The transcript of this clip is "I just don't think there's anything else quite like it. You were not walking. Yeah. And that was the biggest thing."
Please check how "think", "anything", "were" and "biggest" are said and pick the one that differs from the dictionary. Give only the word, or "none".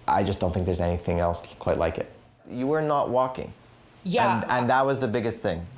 none